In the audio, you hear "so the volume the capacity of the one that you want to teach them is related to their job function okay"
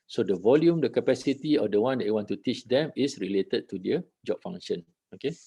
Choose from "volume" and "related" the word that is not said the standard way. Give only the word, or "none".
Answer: none